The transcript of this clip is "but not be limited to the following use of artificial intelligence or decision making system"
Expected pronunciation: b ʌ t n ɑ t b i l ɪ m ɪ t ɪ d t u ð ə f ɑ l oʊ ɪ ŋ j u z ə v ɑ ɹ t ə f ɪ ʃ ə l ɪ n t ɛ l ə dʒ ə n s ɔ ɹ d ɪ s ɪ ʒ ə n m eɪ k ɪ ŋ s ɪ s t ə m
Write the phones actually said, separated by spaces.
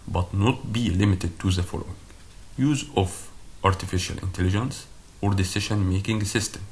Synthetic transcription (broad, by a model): b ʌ t n ɑ t b i l ɪ m ɪ t ɪ d t u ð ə f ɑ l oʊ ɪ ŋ j u z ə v ɑ ɹ t ə f ɪ ʃ ə l ɪ n t ɛ l ə dʒ ə n s ɔ ɹ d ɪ s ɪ ʃ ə n m eɪ k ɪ ŋ s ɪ s t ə m